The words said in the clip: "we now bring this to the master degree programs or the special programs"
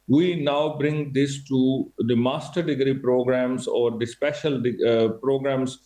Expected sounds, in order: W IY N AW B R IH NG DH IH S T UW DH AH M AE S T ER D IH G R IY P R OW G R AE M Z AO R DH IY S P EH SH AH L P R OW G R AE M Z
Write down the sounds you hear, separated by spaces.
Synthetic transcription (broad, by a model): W IY N AW B R IH NG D IH S T UW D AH M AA S T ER D IH G R IY P R OW G R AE M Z AO R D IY S P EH SH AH L P R OW G R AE M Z